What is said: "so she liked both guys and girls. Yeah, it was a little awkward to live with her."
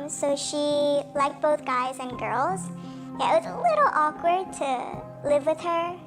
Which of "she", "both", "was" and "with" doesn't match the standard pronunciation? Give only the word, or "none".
none